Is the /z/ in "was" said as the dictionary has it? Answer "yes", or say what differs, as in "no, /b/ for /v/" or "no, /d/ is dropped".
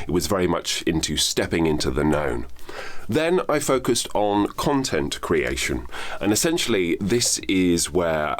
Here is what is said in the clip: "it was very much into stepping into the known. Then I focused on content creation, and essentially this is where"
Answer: yes